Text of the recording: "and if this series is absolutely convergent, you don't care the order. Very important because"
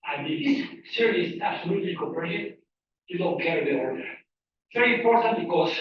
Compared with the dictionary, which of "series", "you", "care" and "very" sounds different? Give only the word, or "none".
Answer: series